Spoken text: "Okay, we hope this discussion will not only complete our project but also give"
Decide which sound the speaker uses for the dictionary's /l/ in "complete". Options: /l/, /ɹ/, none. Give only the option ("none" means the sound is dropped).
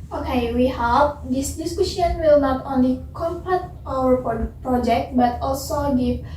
none